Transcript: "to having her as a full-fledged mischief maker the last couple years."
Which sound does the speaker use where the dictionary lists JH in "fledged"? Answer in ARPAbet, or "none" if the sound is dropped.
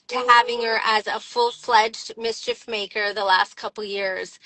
JH